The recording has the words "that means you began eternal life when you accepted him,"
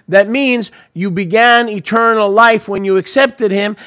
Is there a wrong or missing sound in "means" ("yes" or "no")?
no